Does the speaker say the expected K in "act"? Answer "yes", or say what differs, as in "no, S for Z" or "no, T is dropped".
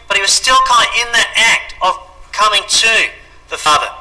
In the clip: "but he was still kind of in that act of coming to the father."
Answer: yes